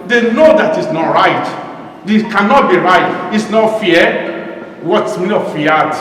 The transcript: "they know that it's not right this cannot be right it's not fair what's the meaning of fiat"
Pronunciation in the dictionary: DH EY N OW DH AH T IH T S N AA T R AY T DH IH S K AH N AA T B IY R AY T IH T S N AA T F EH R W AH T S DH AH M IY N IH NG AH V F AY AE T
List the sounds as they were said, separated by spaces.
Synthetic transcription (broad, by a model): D EY N OW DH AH T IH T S N AA T R AY T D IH K AH N AA T B IY R AY T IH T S N AA T F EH W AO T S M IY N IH F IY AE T